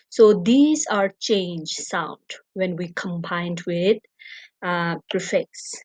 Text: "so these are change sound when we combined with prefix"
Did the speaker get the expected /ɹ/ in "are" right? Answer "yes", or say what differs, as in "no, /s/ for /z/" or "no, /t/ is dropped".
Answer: yes